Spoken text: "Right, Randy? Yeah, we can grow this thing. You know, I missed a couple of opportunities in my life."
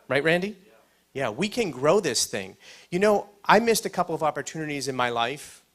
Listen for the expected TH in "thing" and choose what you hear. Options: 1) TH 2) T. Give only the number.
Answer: 1